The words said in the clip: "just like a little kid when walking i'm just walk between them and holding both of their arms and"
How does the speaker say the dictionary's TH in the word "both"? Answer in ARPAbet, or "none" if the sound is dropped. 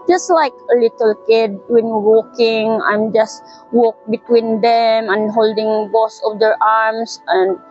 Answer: S